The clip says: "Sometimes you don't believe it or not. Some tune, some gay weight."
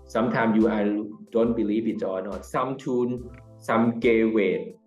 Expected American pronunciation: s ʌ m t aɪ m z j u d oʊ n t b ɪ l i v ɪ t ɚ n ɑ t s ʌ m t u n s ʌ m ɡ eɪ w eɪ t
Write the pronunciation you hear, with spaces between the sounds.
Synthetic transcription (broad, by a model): s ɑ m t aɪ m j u d oʊ n t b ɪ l i p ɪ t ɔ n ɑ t s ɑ m t u n s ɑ m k eɪ w eɪ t